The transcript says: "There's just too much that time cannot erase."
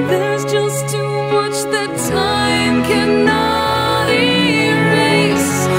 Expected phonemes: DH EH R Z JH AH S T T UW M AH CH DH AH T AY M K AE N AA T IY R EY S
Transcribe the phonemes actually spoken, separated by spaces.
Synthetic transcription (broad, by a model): DH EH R Z JH AH S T T UW M AH CH DH AH T AY M K AE N AA T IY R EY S